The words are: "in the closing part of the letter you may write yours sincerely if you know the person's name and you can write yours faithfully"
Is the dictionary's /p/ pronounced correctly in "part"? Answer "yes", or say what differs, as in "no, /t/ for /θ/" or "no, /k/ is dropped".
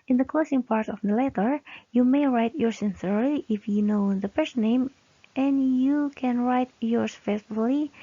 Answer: yes